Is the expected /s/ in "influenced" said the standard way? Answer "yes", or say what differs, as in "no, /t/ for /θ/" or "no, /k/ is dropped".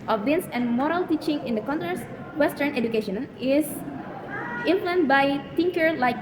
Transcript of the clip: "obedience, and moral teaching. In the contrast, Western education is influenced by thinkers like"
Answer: no, /s/ is dropped